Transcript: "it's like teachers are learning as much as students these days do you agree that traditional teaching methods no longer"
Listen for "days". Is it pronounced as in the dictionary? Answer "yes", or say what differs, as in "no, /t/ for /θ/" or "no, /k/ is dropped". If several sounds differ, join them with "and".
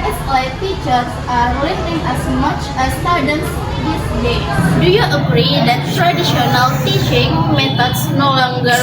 no, /z/ is dropped